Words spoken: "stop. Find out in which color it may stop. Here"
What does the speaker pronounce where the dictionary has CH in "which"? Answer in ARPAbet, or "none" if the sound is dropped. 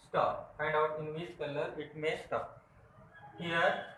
S